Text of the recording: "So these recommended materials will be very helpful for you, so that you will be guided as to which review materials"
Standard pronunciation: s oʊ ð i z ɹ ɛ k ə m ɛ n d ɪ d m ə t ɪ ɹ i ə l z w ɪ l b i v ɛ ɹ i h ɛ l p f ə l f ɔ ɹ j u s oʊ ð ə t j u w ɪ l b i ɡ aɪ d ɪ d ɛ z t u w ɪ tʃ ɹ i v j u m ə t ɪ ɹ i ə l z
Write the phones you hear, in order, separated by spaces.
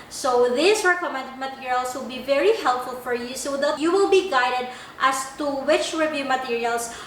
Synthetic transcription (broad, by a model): s oʊ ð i s ɹ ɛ k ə m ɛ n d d m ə t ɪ ɹ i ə l s w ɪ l b i v ɛ ɹ i h ɛ l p f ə l f ɔ ɹ j u s oʊ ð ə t j u w ɪ l b i ɡ aɪ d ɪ d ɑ s t u w ɪ tʃ ɹ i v j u m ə t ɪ ɹ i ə l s